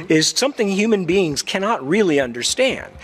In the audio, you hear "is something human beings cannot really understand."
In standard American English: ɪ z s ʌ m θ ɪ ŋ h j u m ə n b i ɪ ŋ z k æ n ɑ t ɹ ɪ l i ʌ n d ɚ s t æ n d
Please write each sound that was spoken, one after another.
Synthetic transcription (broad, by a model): ɪ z s ʌ m θ ɪ ŋ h j u m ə n b i ɪ ŋ z k æ n ɑ t ɹ ɪ l i ʌ n d ɚ s t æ n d